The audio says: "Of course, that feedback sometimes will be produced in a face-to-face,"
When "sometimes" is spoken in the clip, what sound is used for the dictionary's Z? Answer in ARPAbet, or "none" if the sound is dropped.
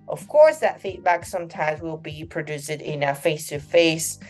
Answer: Z